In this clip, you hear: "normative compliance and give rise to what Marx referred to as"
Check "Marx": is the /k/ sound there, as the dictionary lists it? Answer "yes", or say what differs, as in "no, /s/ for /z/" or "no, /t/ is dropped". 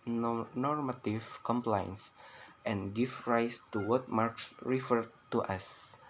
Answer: yes